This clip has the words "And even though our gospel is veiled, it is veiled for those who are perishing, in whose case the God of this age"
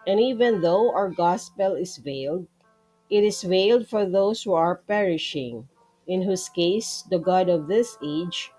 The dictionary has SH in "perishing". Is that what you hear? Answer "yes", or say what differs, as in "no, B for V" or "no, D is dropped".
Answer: yes